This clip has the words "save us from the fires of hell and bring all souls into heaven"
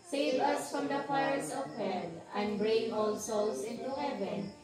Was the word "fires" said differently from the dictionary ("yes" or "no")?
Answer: yes